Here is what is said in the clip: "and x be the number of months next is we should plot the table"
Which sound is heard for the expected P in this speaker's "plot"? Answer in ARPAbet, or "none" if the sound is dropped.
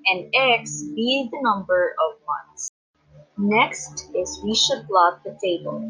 B